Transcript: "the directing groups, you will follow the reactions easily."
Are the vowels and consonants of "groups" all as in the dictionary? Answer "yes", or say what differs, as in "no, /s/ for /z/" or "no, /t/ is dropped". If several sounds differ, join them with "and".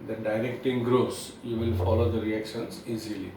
no, /p/ is dropped